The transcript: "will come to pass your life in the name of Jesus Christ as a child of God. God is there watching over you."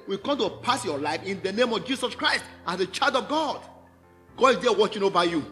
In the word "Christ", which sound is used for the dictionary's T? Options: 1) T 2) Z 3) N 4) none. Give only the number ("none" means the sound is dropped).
1